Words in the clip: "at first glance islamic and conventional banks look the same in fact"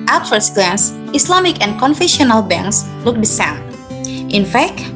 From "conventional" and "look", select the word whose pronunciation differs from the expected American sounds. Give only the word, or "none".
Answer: conventional